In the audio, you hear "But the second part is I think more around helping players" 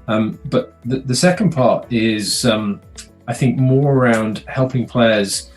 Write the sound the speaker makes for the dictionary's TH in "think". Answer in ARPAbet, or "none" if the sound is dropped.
TH